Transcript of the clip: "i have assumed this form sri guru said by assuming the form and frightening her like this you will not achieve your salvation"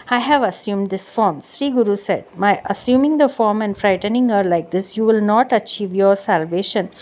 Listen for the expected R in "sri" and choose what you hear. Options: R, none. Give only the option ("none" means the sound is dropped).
R